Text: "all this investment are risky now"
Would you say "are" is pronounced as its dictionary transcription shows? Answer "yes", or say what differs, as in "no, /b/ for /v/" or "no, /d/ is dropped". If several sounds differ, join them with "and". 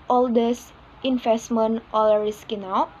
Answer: no, /l/ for /ɹ/